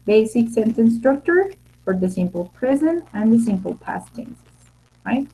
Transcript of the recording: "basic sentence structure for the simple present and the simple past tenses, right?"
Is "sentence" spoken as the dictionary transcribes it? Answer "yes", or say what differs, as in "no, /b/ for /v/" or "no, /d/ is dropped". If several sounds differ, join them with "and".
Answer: no, /s/ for /t/